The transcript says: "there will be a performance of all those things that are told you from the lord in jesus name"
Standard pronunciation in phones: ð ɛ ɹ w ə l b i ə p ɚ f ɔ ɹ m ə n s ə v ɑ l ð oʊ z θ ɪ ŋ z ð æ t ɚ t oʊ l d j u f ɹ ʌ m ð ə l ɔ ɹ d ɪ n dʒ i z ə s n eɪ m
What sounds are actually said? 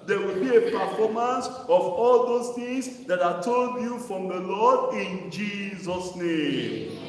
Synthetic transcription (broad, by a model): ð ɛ w ə l b i ə p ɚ f ɔ m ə n s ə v ɑ l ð oʊ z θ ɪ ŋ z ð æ t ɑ t oʊ l d j u f ɹ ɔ m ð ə l ɔ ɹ d ɪ n dʒ i z ə s n eɪ m